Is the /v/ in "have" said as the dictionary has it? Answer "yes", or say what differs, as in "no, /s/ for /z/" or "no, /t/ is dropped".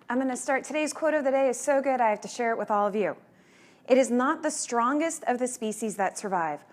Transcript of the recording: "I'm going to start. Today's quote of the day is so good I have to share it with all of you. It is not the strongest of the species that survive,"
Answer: no, /f/ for /v/